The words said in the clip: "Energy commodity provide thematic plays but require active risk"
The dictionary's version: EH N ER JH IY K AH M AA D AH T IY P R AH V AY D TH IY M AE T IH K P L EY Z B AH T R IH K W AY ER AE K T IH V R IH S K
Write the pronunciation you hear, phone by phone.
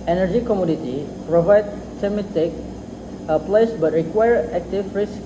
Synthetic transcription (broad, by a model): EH N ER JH IY K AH M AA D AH T IY P R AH V AY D S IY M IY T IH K P L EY S B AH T R IH K W AY ER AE K T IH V R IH S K